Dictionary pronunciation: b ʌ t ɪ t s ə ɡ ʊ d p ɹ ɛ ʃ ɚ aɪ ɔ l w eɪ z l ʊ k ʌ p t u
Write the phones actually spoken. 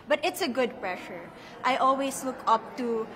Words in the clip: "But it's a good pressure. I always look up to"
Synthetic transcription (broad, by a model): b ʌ t ɪ t s ə ɡ ʊ d p ɹ ɛ ʃ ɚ aɪ ɔ l w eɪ s l ʊ k ʌ p t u